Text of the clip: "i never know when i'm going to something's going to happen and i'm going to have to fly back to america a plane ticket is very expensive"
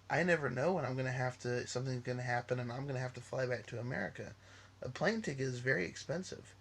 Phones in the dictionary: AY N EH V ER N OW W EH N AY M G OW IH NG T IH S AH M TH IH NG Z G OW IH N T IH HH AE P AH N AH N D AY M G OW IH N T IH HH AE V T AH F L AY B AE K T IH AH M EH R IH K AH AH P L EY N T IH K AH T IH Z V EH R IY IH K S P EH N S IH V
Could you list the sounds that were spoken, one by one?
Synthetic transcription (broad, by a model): AY N EH V ER N OW W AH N AY M G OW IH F T IH S AH M TH IH NG Z G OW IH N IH HH AE P AH N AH N AY M G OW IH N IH HH AE F T AH F L AY B AE K T IH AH M EH R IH K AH AH P L EY N T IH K IH Z V EH R IY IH K S P EH N S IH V